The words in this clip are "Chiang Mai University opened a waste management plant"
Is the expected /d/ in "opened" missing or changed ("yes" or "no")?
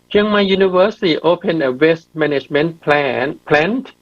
yes